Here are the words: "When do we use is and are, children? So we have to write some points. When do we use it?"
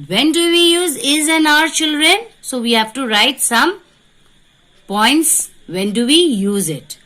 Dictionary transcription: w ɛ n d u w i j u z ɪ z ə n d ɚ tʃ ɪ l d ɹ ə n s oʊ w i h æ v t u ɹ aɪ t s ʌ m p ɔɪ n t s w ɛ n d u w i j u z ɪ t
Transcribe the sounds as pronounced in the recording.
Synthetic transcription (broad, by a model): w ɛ n d u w i j u z ɪ z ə n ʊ ɚ tʃ ɪ l d ɹ ə n s oʊ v i h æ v t u ɹ aɪ t s ʌ m p ɔɪ n t s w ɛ n d u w i j u z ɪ t